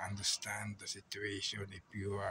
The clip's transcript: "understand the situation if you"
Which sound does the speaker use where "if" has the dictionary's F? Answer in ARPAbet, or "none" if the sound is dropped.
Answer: P